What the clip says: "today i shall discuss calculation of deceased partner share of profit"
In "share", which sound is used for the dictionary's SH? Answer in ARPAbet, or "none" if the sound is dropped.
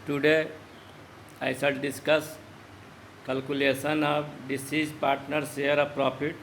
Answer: S